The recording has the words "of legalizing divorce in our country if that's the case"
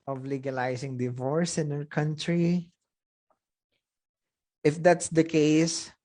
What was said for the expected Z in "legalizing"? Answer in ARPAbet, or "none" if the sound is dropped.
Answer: S